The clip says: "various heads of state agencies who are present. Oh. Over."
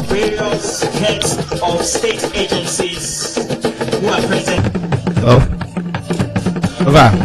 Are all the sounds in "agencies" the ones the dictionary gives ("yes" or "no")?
yes